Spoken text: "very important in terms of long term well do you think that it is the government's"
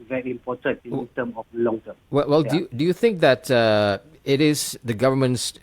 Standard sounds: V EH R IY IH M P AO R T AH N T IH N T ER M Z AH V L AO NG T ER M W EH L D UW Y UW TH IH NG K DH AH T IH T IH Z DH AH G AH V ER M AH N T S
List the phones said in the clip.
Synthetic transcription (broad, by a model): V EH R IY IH M P AO T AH N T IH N T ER M AH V L AO NG T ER M W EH L D UW Y UW TH IH NG K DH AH T IH T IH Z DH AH G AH V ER M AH N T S